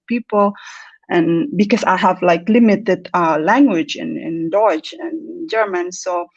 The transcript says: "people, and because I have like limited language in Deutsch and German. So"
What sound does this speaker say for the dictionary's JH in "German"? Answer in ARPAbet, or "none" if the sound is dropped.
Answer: JH